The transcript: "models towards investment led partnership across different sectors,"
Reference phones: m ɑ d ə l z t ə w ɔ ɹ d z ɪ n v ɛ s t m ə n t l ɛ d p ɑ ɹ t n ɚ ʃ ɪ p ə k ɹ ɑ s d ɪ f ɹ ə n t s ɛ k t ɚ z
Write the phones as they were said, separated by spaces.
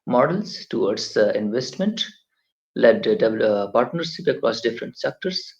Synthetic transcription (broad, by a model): m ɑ d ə l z t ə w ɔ ɹ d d ɪ n v ɛ s t m ə n t l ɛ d p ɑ ɹ t n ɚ s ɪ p ə k ɹ ɑ s d ɪ f ɹ ə n t s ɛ k t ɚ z